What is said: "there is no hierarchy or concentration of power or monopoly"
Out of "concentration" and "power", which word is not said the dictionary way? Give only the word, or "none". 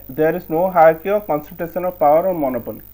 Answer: concentration